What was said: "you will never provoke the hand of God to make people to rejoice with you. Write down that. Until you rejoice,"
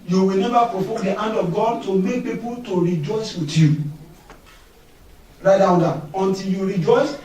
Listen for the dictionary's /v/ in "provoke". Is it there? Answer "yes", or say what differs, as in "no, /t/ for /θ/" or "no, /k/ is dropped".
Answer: no, /f/ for /v/